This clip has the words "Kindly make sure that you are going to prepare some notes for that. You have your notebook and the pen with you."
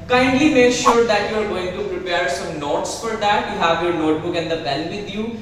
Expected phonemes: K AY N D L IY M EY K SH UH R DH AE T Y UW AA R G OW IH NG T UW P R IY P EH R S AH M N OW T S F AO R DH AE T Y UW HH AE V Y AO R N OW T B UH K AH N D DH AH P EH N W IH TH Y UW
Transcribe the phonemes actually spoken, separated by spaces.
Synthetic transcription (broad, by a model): K AY N D L IY M EY K SH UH R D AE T Y UW AA R G OW IH NG T UW P R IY P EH R S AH M N OW T S F AO R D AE T Y UW HH AE V Y AO R N OW T B UH K AH N D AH B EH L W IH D Y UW